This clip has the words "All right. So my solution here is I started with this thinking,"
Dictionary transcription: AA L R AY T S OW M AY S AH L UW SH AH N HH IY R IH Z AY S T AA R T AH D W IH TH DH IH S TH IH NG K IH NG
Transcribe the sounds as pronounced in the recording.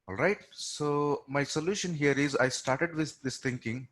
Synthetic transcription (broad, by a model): AA L R AY T S OW M AY S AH L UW SH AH N HH IY R IH Z AY S T AA R T AH D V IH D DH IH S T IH NG K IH NG